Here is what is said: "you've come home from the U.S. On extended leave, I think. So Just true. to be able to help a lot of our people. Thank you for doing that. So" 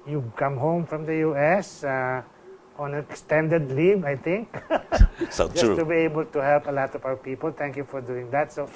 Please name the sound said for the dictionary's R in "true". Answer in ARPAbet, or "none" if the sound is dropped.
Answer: none